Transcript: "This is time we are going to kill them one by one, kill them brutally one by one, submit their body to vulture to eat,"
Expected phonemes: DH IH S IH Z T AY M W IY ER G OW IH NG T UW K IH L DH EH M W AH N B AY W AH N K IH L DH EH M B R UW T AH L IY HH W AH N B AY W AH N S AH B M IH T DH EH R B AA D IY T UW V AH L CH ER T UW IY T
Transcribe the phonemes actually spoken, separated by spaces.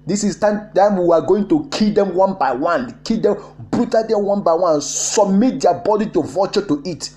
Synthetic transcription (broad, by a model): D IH S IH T T AY M W IY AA G OW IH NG T UW K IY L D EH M W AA N B AY W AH N K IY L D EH M B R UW T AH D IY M W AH N B AY W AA N S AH B M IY T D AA B AA D IY T UW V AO CH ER T UW IY T